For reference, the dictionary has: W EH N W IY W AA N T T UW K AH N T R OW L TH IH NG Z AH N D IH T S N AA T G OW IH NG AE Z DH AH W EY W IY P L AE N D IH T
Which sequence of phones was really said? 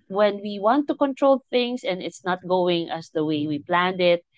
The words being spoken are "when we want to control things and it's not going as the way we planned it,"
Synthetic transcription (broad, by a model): W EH N W IY W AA N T T UW K AH N T R OW L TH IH NG S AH N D IH T S N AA T G OW IH NG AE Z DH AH W EY W IY P L AE N D IH T